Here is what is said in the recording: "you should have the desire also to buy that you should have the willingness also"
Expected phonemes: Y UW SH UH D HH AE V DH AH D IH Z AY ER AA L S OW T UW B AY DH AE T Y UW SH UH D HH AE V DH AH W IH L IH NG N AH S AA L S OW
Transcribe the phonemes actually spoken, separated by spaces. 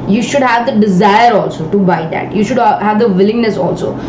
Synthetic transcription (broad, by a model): Y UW SH UH D HH AE V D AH D IH Z AY ER AA L S OW T UW B AY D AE T Y UW SH UH D HH AE V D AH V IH L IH NG N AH S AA L S OW